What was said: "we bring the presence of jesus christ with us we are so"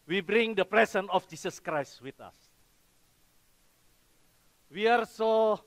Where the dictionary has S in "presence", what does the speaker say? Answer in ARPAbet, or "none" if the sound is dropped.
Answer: none